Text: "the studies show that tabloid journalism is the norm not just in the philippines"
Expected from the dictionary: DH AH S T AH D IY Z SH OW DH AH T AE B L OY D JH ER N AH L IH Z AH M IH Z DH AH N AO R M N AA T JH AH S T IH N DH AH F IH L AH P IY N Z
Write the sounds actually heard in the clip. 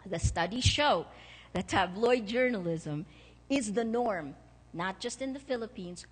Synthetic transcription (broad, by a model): DH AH S T AH D IY SH OW DH AH T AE B L OY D JH ER N AH L IH Z AH M IH Z DH AH N AO R M N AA T JH AH S T IH N DH AH F IH L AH P IY N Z